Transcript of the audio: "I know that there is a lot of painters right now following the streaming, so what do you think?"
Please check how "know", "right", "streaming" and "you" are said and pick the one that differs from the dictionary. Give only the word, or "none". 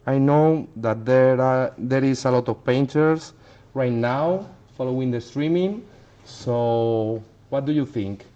none